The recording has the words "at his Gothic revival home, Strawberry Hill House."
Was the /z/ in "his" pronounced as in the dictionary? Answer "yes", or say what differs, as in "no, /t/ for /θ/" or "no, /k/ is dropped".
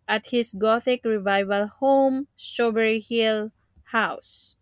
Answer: no, /s/ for /z/